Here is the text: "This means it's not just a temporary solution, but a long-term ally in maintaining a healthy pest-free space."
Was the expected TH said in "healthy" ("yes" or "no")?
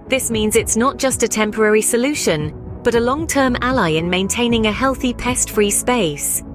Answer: yes